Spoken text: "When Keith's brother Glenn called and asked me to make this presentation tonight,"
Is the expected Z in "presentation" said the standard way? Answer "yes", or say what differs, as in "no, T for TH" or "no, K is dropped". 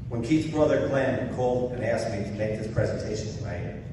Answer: yes